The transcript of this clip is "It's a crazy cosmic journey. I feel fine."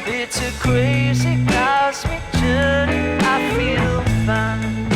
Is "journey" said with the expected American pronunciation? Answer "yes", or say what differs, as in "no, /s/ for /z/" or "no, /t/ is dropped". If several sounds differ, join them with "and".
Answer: no, /n/ is dropped